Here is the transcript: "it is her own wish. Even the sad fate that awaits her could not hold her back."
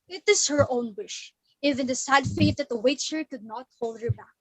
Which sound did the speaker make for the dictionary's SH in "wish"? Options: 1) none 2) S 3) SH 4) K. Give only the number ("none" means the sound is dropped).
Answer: 3